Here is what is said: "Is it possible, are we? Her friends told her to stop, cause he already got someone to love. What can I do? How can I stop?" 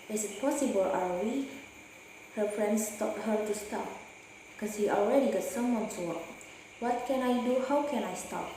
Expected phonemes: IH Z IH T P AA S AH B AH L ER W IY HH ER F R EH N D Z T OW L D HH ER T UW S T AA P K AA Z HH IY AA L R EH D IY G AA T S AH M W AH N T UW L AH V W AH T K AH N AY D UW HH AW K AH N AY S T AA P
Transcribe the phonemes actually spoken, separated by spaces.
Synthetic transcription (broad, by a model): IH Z IH T P AA S AH B AH L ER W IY HH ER F R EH N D S T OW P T HH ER T UW S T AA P K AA S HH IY AA L R EH D IY G AA T S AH M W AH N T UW W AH W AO T K AH N AY D UW HH AW K AH N AY S T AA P